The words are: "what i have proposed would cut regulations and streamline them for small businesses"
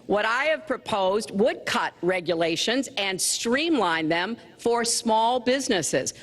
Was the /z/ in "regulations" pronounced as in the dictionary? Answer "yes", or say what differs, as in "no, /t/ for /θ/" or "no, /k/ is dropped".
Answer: yes